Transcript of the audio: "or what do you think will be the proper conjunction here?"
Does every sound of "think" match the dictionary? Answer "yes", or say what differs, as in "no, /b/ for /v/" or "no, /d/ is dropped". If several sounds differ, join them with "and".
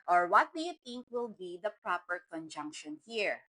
no, /t/ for /θ/